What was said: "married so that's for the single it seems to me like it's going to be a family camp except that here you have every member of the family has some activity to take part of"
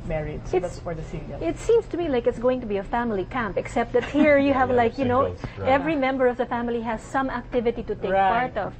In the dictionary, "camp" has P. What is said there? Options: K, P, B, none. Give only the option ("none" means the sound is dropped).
P